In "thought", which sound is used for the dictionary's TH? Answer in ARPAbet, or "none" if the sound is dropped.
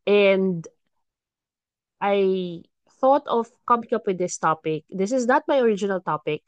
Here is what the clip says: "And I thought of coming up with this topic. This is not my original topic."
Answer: TH